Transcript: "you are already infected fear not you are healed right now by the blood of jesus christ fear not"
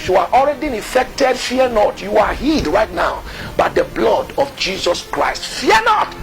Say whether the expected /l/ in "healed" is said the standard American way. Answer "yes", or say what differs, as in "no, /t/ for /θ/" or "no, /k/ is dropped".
no, /l/ is dropped